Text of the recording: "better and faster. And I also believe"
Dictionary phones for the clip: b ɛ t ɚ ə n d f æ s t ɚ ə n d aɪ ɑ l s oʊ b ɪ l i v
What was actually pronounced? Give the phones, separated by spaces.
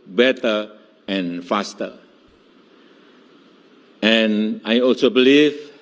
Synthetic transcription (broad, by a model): b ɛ t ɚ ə n f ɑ s t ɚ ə n aɪ ɑ l s oʊ b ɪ l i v